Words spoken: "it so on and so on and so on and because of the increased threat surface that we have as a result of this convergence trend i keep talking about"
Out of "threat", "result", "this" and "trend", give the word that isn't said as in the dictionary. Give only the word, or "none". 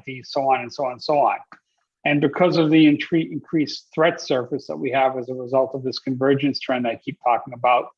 none